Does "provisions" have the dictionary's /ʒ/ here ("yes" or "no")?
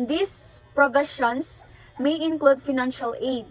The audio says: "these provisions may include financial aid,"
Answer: no